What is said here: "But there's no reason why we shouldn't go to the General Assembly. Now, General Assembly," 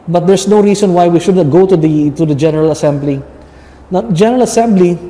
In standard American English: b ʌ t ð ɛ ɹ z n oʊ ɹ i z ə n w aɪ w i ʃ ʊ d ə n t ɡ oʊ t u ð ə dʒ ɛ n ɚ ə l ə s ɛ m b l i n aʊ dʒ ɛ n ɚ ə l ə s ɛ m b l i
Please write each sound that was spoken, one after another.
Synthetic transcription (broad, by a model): b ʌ t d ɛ ɹ s n oʊ ɹ i s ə n w aɪ w i ʃ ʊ d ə t ɡ oʊ t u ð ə dʒ ɛ n ɚ ə l ə s ɛ m b l i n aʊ dʒ ɛ n ɚ ə l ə s ɛ m b l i